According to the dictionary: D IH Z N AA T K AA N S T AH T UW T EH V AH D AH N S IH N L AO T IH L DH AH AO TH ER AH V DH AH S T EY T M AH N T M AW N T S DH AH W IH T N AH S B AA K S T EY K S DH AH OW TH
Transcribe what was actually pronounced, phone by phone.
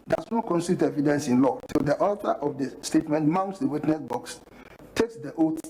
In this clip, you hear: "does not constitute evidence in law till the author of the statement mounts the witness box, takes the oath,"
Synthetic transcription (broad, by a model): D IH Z N AA T K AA N S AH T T EH V AH D AH N S IH N L AO T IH L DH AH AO T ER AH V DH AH S T EY T M AH N T M AW N T S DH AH W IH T N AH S B AA K S T EY K S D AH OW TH